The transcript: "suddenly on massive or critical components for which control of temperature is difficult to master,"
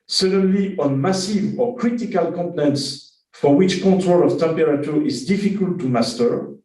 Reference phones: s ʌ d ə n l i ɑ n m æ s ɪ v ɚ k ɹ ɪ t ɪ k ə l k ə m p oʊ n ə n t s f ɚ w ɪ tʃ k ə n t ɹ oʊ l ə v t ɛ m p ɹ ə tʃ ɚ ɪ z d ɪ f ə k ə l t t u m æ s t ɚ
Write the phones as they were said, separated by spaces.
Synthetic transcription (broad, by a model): s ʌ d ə n l i ɑ n m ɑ s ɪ v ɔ k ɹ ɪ t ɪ k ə l k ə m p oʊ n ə n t s f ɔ w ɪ tʃ k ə t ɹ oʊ l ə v t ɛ m p ɹ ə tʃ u ɪ z d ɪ f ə k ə l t t u m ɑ s t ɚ